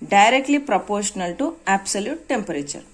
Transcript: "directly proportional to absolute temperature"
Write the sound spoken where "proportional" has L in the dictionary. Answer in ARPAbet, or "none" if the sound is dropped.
L